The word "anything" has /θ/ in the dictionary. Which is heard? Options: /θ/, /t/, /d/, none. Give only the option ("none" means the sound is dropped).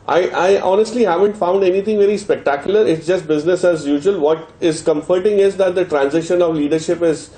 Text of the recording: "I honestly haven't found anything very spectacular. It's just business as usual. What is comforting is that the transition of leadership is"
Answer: /t/